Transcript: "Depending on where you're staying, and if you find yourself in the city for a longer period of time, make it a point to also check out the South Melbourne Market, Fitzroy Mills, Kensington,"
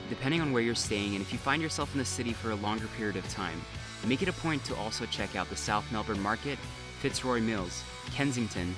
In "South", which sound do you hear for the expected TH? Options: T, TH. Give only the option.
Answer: TH